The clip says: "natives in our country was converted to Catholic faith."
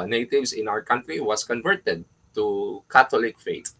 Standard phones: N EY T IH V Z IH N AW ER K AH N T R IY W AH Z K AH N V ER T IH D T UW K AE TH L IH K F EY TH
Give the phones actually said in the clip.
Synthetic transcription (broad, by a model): N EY T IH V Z IH N AW ER K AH N T R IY W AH S K AH N V ER T IH D T UW K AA T L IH K F EY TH